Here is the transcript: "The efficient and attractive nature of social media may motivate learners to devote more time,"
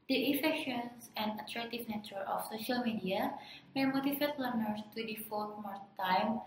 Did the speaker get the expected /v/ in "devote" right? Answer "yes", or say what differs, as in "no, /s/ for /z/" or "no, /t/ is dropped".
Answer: no, /f/ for /v/